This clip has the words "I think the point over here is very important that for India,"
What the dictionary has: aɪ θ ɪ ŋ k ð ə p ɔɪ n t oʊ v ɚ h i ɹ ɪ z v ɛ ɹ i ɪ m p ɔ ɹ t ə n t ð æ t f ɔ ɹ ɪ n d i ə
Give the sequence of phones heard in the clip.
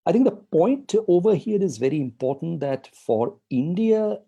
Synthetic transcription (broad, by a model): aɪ t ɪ ŋ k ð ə p ɔɪ n t oʊ v ɚ h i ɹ ɪ z v ɛ ɹ i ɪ m p ɔ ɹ t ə n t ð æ t f ɔ ɹ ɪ n d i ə